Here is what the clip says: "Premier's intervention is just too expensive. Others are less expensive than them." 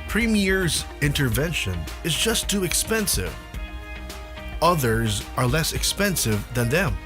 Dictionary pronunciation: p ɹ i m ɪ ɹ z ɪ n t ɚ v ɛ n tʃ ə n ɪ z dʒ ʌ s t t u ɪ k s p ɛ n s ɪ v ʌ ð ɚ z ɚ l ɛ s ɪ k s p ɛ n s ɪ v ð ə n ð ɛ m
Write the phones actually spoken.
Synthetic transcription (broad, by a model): p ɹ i m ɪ ɹ z ɪ n t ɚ v ɛ n ʃ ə n ɪ z dʒ ʌ s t t u ɪ k s p ɛ n s ɪ v ʌ ð ɚ z ɚ l ɛ s ɪ k s p ɛ n s ɪ v ð ə n ð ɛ m